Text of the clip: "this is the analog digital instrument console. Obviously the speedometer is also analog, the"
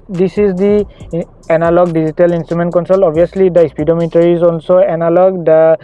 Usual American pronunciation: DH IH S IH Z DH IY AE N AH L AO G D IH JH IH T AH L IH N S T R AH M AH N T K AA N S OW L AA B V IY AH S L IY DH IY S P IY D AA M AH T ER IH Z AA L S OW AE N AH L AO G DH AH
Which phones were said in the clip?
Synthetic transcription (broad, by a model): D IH S IH Z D IY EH N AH L AO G D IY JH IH T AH L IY N S T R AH M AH N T K AA N S OW L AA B IY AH S L IY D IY S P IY D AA M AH T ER IH Z AA L S OW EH N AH L AO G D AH